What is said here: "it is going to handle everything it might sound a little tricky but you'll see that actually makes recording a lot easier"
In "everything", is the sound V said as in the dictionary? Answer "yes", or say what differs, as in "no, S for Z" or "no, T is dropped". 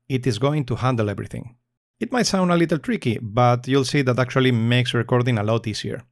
no, B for V